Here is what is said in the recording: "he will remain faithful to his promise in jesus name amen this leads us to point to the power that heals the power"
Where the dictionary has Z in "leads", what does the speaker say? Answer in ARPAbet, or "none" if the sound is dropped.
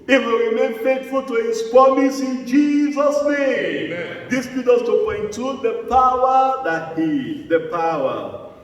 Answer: none